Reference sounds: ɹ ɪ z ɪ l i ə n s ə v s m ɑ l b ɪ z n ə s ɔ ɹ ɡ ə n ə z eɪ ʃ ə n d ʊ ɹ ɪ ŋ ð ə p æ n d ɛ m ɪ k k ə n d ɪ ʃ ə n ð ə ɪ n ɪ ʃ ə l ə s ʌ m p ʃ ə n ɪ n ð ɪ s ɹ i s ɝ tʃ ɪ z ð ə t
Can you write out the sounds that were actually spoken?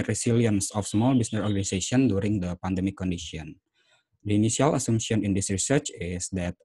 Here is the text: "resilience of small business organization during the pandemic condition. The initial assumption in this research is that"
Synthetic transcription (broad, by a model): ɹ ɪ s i l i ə n s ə f s m ɑ l b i s n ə s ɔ ɹ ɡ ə n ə s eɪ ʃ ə n d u ɹ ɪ ŋ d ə p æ n d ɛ m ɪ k k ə n d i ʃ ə n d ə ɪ n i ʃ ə l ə s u m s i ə n ɪ n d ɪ s ɹ i s ɝ tʃ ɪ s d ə t